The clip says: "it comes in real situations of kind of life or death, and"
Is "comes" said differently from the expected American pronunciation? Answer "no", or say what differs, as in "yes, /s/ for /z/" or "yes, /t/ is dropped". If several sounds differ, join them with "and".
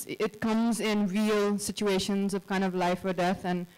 no